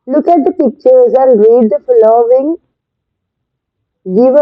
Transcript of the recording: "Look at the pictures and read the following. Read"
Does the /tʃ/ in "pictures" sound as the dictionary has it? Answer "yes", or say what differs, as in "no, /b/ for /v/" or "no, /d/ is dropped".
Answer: yes